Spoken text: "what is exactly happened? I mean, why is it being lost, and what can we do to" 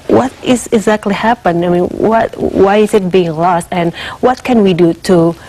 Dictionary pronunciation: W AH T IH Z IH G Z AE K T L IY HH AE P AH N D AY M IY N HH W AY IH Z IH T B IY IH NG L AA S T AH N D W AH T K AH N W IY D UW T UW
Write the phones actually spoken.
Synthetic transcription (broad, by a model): W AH T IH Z IH G Z AE K T L IY HH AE P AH N AY M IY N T W AY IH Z IH T B IY IH NG L AA S T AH N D W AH T K AH N W IY D UW T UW